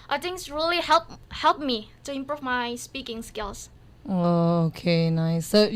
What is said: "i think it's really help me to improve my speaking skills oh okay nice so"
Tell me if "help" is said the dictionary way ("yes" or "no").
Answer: yes